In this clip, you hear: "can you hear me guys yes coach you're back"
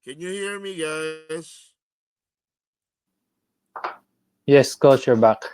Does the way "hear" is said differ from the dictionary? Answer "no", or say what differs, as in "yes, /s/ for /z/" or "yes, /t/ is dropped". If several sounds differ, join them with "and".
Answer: no